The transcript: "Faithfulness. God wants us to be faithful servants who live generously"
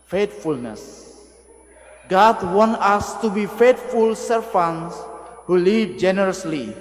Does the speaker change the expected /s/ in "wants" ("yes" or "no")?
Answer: yes